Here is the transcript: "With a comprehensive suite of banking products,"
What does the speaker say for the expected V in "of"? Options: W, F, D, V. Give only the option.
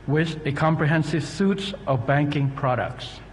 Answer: V